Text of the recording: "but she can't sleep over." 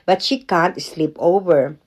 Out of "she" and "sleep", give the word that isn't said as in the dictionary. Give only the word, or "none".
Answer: none